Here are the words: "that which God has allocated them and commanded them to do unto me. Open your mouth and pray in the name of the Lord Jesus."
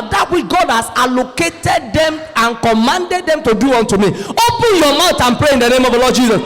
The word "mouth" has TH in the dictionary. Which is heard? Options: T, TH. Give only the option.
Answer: T